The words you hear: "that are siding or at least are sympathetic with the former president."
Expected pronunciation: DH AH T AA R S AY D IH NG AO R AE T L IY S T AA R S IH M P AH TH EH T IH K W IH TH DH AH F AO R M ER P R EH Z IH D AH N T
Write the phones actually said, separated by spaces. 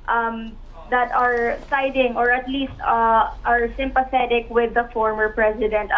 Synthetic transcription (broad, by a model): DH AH T AA R S AY D IH NG AO R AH T L IY S T AA R S IH M P AH TH EH T IH K W IH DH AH F AO R M ER P R EH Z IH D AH N T